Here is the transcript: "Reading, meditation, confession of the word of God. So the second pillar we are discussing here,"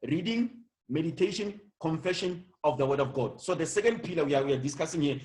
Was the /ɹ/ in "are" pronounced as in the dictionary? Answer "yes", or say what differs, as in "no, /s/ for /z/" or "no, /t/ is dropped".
no, /w/ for /ɹ/